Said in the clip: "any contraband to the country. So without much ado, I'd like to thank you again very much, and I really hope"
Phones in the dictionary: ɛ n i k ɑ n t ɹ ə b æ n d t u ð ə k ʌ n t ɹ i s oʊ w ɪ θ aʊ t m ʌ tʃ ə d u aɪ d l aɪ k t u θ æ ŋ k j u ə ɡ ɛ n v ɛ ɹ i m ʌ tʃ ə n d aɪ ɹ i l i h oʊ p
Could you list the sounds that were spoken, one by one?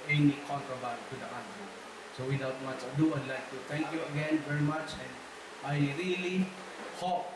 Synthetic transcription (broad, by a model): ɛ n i k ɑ n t ɹ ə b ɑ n t u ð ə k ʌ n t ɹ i s oʊ w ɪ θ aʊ t m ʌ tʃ ə d u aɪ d l aɪ k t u t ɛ ŋ k j u ə ɡ ɛ n v ɛ ɹ i m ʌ tʃ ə n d aɪ ɹ i l i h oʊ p